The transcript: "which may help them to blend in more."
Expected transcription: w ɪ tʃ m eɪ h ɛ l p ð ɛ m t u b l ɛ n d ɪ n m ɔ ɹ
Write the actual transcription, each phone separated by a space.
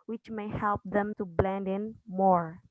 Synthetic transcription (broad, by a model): w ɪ tʃ m eɪ h ɛ l p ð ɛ m t u b l ɛ n d ɪ n m ɔ ɹ